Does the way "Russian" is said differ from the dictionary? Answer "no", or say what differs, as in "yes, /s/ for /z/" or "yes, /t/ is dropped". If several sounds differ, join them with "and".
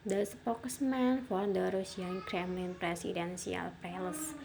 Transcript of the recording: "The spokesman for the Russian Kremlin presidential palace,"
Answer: yes, /s/ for /ʃ/